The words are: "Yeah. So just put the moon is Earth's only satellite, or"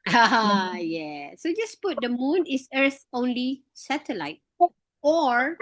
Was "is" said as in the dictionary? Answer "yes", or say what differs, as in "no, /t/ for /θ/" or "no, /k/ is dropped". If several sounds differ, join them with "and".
no, /s/ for /z/